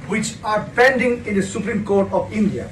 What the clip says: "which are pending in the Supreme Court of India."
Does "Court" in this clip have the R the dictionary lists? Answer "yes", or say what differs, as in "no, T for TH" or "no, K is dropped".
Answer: yes